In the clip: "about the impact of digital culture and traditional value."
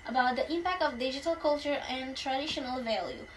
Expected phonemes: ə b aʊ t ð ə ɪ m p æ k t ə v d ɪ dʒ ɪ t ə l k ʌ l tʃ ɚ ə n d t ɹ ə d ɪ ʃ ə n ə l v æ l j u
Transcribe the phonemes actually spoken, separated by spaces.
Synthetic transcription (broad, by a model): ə b aʊ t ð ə ɪ m p æ k t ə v d ɪ dʒ ɪ t ə l k ʌ l tʃ ɚ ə n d t ɹ ə d ɪ ʃ ə n ə l v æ l j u